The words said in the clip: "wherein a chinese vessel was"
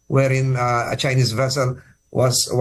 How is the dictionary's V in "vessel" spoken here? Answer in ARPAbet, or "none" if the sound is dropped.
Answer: V